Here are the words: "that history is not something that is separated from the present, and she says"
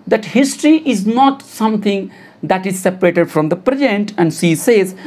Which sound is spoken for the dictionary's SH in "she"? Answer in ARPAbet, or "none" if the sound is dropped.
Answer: S